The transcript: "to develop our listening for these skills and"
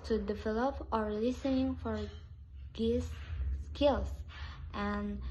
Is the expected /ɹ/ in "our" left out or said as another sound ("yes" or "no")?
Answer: no